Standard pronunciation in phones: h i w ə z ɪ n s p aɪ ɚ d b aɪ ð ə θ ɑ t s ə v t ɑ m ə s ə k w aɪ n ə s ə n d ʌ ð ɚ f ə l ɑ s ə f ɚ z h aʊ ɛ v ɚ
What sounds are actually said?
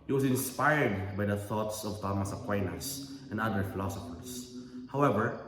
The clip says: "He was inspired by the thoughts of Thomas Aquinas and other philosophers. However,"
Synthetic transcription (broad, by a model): h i w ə s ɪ n s p aɪ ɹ d b aɪ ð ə θ ɑ t s ə v t ɑ m ə s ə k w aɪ n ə s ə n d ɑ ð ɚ f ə l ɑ s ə f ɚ s h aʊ ɛ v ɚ